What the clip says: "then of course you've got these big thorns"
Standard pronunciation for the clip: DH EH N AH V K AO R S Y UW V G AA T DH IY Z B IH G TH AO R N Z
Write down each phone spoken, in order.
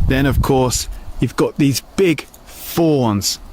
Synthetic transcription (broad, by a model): DH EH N AH V K AO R S Y UW V G AA T DH IY Z B IH G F AO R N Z